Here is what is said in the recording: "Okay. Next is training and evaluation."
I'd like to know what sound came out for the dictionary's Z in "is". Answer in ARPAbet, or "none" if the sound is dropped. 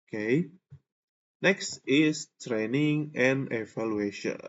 S